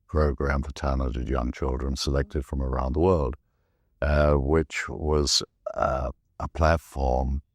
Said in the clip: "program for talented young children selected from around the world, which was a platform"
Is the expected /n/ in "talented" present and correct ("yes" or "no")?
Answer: no